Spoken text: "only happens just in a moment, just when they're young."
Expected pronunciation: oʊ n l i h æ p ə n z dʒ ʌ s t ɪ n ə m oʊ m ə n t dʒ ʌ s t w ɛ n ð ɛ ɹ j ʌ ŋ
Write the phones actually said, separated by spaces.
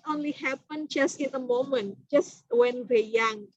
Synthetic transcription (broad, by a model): oʊ n l i h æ p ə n dʒ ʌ s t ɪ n ə m oʊ m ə n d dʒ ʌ s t w ɛ n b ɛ j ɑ ŋ